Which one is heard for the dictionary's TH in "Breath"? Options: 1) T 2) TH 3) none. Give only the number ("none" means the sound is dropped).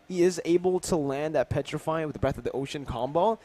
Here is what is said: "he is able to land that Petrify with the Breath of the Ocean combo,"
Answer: 2